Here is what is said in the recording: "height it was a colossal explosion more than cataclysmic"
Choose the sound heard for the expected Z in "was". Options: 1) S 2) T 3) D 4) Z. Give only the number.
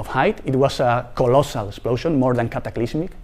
1